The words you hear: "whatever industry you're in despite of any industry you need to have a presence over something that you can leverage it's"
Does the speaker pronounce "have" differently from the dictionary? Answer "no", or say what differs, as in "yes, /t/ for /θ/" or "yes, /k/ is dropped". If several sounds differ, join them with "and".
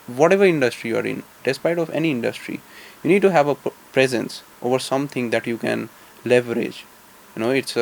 no